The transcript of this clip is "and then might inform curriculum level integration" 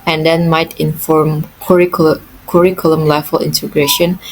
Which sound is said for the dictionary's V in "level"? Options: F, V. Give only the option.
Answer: F